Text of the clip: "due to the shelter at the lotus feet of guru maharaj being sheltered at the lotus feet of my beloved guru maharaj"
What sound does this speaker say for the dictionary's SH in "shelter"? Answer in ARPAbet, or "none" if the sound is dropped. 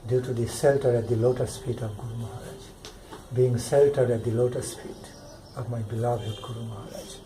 S